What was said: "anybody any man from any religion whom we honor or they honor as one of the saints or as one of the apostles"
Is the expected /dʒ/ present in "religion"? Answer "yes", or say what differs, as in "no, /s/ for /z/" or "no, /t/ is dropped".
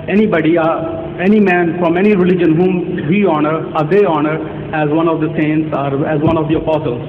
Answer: yes